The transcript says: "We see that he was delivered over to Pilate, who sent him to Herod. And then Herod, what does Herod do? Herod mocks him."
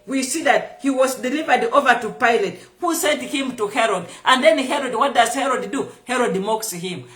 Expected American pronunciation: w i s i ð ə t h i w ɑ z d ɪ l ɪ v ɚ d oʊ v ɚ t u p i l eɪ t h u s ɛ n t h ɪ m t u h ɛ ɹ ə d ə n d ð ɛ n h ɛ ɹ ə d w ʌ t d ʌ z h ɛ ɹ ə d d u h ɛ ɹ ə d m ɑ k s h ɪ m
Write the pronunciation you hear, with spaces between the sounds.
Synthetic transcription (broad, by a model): w i s i ð ə t h i w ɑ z d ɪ l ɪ v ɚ d oʊ v ɚ t u p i l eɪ t h u s ɛ n t h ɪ m t u h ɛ ɹ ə d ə n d ð ɛ n h ɛ ɹ ə d w ʌ t d ʌ z h ɛ ɹ ə d d u h ɛ ɹ ə d m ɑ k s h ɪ m